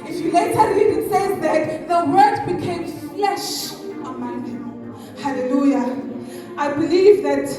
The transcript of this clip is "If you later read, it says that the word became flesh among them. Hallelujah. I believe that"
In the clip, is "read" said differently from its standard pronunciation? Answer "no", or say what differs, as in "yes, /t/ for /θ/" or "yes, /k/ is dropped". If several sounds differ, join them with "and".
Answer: yes, /l/ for /ɹ/